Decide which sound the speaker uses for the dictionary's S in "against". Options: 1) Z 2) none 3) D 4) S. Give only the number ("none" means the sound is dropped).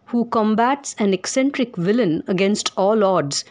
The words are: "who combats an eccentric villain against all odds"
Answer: 4